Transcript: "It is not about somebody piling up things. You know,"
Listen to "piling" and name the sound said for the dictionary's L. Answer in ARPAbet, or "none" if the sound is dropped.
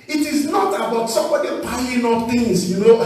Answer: N